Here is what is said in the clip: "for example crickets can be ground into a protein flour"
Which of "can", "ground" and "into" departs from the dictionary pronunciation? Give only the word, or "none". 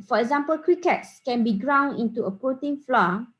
ground